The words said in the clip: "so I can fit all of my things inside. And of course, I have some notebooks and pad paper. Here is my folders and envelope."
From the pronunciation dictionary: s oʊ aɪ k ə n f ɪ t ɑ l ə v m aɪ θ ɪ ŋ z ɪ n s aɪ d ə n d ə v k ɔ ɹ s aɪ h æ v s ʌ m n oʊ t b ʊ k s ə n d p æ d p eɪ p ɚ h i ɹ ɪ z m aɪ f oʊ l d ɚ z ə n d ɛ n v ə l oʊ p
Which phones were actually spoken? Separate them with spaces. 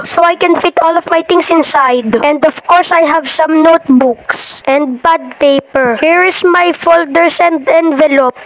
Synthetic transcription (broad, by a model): s oʊ aɪ k ə n f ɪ t ɑ l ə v m aɪ t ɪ ŋ s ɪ n s aɪ d ə n d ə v k ɔ ɹ s aɪ h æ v s ʌ m n oʊ t b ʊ k s ə n d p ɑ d p eɪ p ɚ h i ɹ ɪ s m aɪ f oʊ l d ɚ s ə n d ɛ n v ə l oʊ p